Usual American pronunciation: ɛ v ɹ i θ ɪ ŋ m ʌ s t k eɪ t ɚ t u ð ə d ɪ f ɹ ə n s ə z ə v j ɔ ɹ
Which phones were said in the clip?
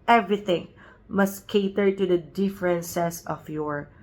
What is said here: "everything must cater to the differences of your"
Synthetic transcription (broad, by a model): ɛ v ɹ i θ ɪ ŋ m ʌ s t k eɪ t ɚ t u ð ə d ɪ f ɹ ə n s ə s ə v j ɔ ɹ